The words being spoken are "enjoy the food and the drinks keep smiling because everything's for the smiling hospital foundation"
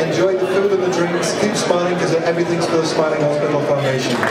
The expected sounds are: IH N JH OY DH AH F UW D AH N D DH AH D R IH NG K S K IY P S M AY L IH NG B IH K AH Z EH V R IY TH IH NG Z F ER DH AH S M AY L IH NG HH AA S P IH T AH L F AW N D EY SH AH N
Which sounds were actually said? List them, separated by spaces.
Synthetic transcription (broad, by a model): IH N JH OY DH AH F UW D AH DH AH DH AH D R IH NG K S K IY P S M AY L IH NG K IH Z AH EH V R IY TH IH NG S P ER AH S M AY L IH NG HH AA S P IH T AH L F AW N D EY SH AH N